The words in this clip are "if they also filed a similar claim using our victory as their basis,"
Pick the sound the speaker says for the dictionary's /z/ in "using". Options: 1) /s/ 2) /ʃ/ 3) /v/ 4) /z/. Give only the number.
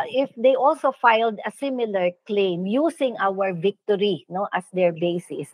1